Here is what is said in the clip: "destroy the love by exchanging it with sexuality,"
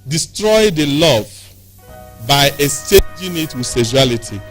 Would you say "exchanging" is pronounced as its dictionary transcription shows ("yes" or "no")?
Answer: no